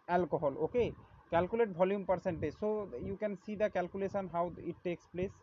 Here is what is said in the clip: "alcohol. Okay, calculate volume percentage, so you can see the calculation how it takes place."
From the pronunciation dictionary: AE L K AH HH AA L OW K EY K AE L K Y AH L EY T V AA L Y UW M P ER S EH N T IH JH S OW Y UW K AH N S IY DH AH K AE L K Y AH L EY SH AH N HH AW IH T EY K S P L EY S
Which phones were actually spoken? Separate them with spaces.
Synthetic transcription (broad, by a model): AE L K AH HH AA L OW K EY K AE L K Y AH L EY T B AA L Y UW M P ER S EH N T IH JH S OW Y UW K AH N S IY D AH K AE L K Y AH L EY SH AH N HH AW IH T EY K S P L EY S